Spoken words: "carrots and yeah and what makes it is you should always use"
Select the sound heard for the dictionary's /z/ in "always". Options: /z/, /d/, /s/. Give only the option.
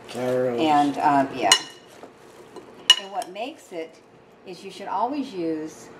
/z/